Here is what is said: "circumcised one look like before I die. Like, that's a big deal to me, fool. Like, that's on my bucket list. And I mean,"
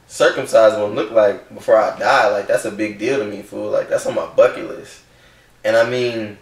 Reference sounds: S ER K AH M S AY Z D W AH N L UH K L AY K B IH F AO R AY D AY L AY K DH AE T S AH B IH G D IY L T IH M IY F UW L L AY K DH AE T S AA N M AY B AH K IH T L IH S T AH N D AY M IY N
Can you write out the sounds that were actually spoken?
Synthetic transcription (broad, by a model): S ER K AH M S AY Z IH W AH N L UH K L AY K B IH F AO R AY D AY L AY K DH AE T S AH B IH G D IY L T IH M IY F UW L L AY K DH AE T S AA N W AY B AH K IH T L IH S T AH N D AY M IY N